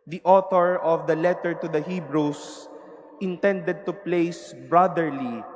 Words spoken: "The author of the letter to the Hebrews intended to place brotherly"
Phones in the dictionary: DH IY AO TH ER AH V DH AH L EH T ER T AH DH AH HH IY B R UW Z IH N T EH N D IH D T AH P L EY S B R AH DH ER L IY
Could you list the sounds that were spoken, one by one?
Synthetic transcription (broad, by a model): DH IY AO T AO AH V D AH L EH T ER T AH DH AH HH IY B R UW S IH N T EH N D IH D T AH P L EY S B R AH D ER L IY